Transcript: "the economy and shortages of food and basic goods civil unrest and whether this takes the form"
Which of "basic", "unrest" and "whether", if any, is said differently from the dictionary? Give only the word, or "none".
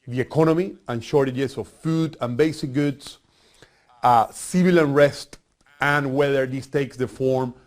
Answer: none